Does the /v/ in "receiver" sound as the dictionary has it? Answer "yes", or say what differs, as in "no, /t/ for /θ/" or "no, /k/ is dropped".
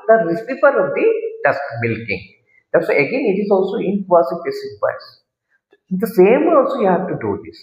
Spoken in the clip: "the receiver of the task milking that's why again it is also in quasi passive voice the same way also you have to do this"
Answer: no, /f/ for /v/